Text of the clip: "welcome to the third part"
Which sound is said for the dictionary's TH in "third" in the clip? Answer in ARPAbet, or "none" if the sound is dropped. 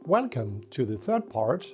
TH